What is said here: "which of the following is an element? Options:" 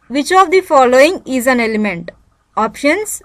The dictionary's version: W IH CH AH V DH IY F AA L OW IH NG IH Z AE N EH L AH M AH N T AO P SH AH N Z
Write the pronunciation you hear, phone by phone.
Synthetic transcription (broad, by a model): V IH CH AH V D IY F AA L OW IH NG IH Z AE N EH L AH M AH N T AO P SH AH N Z